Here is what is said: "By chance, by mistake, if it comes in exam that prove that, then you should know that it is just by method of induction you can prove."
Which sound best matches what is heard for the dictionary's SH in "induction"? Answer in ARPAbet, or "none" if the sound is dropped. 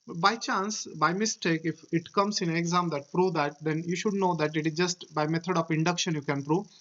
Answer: SH